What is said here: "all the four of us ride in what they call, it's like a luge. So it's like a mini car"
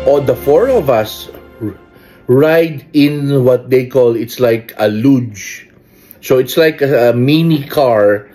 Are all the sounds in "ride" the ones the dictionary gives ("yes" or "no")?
yes